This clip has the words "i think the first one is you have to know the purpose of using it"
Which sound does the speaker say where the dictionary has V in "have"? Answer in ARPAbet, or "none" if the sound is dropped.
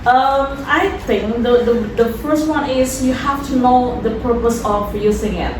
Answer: F